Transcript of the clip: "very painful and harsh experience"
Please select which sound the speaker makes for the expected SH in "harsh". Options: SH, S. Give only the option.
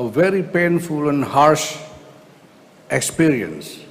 SH